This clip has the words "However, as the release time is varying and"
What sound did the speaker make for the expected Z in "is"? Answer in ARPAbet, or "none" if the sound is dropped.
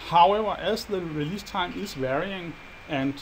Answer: S